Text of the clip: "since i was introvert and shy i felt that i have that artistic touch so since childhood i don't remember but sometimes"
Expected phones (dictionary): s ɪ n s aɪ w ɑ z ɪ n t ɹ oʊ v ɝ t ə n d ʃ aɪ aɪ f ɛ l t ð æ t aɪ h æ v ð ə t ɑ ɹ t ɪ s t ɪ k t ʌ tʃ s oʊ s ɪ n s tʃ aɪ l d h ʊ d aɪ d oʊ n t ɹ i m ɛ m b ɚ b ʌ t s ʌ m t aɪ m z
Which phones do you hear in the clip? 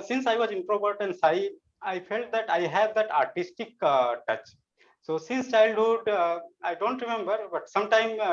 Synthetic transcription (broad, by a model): s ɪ n s aɪ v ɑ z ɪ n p ɹ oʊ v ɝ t ə n d s aɪ aɪ f ɛ l t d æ t aɪ h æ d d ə t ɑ ɹ t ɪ s t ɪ k t ʌ tʃ s oʊ s ɪ n s tʃ aɪ l d h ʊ d aɪ d oʊ n t ɹ i m ɛ m b ɚ b ʌ t s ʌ m t aɪ m